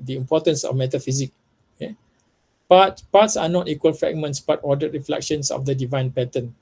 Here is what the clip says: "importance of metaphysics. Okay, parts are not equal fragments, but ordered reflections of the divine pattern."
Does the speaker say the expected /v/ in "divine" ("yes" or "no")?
yes